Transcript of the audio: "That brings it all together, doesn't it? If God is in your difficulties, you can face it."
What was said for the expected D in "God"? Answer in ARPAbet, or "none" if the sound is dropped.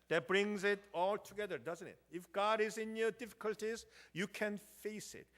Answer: D